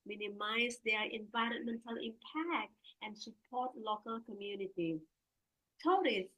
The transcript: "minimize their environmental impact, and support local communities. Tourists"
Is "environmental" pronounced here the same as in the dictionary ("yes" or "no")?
yes